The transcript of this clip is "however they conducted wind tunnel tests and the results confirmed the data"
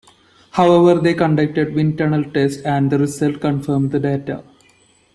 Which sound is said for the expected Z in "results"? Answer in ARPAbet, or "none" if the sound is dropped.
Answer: S